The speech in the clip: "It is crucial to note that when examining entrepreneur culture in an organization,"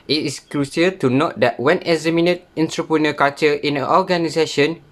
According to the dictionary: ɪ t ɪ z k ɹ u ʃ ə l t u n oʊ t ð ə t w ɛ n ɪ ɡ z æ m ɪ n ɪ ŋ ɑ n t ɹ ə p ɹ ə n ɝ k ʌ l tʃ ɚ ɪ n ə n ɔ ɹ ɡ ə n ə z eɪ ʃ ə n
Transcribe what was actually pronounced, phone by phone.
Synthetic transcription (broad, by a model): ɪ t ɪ s k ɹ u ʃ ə t u n oʊ t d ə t w ɛ n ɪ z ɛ m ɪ n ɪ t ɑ n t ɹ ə p ɹ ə n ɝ k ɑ tʃ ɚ ɪ n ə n ɔ ɡ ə n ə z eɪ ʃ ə n